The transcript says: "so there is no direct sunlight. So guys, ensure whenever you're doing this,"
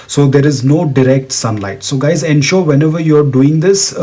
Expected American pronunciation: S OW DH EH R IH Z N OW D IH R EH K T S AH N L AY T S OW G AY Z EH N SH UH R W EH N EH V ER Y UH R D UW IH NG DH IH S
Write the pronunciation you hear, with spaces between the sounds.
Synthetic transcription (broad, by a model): S OW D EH R IH Z N OW D IH R EH K T S AH N L AY T S OW G AY Z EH N SH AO R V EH N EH V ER Y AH R D UW IH NG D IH S